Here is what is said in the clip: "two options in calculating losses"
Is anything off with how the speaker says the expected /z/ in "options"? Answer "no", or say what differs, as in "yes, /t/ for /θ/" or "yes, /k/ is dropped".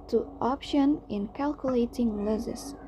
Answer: yes, /z/ is dropped